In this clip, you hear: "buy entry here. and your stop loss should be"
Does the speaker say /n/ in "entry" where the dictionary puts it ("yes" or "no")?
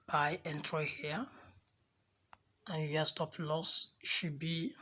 yes